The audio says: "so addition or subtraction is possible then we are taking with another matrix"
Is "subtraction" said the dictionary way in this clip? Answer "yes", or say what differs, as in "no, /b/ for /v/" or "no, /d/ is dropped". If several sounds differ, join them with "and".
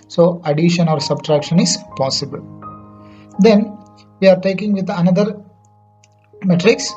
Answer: yes